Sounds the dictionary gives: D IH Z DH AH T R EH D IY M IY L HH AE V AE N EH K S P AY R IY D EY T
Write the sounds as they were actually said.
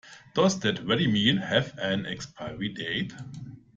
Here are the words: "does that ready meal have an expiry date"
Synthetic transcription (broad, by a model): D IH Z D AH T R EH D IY M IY N HH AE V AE N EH K S P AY R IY D EY T